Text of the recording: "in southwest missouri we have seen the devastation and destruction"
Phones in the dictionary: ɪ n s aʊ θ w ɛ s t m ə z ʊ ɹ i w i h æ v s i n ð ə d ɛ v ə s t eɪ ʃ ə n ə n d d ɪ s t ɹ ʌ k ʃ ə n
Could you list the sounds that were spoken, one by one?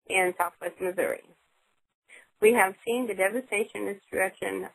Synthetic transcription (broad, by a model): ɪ n s aʊ θ w ɛ s t m ə z ʊ ɹ i w i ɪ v s i n ð ə d ɛ v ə s t eɪ ə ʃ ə n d d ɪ s t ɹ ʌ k ʃ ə n